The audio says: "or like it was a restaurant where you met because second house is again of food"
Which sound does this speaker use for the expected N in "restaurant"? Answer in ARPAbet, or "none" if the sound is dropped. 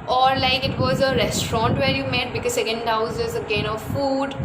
N